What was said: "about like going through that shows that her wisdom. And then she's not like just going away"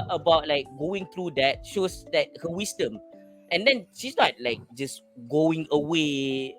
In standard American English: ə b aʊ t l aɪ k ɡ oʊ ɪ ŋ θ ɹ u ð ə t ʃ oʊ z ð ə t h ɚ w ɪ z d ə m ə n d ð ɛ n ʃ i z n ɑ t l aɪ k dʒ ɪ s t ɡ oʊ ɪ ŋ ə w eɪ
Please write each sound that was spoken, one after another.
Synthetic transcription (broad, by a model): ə b aʊ t l aɪ k ɡ oʊ ɪ ŋ t ɹ u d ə t ʃ oʊ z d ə t h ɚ w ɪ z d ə m ə n d ɛ n ʃ i s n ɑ t l aɪ k dʒ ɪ s ɡ oʊ ɪ ŋ ə w eɪ